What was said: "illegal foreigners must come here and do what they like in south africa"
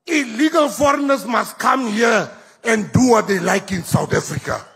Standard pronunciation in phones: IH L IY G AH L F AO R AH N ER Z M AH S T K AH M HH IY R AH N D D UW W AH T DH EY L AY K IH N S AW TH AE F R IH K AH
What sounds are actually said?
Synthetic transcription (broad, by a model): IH L IY G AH L F AO R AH N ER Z M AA S T K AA M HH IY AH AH N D D UW W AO T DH EY L AY K IH N S AW T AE F R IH K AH